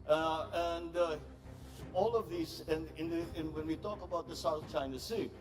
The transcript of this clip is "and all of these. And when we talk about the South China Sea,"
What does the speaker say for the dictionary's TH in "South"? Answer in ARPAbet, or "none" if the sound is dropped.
TH